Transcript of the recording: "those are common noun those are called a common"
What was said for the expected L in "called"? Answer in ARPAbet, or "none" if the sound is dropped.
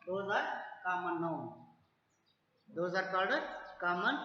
none